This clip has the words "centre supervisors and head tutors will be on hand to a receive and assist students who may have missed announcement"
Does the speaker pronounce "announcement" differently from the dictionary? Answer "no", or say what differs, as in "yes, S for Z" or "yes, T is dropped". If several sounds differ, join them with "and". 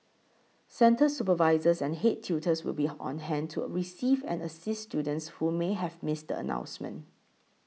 yes, T is dropped